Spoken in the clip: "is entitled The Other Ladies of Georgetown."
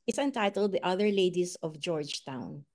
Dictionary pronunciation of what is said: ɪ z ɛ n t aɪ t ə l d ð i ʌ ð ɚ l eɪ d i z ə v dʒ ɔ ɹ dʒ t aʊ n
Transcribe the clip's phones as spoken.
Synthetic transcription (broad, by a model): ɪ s ɛ n t aɪ t ə l d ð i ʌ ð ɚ l eɪ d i s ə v dʒ ɔ ɹ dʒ t aʊ n